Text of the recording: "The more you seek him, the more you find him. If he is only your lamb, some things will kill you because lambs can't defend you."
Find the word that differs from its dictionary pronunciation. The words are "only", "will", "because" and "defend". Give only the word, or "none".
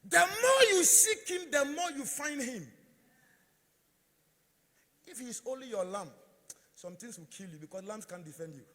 because